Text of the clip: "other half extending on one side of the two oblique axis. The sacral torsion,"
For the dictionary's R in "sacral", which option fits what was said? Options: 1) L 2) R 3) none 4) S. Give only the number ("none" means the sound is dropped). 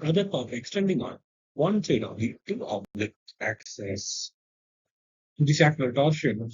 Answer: 1